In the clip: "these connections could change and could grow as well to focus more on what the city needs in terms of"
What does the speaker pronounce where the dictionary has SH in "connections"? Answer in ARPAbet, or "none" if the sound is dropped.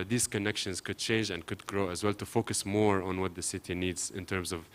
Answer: SH